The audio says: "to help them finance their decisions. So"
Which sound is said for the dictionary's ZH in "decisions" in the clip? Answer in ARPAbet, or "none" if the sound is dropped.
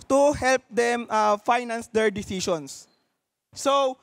S